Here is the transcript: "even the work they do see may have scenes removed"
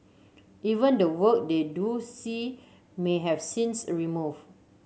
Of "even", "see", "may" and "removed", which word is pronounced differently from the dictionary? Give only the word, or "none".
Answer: removed